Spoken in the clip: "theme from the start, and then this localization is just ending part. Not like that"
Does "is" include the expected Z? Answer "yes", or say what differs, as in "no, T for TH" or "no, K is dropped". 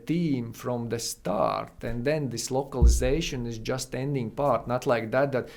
yes